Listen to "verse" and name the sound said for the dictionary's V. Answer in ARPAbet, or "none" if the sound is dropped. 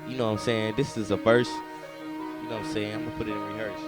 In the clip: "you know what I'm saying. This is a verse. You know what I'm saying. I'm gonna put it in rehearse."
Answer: F